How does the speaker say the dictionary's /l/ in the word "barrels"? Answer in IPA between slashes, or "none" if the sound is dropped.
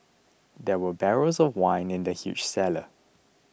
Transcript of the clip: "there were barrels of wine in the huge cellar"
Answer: none